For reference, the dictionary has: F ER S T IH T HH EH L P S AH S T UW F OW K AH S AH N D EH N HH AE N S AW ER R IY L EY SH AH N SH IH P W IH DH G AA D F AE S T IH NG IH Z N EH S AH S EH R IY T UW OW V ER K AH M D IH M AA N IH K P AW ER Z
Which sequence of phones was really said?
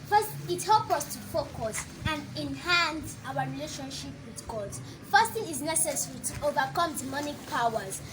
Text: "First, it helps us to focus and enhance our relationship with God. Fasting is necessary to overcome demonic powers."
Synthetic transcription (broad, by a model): F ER S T IH T HH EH L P AH S T UW F OW K AH S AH N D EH N HH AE N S AW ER R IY L EY SH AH N SH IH P W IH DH G AA D F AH S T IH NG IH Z N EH S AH S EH R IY T UW OW V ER K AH M D IH M AA N IH K P AW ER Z